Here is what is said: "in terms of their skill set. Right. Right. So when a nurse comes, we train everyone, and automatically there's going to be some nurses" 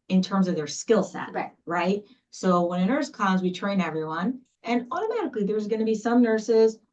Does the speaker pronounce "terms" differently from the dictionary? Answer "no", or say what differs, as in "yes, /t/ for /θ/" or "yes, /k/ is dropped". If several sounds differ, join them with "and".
no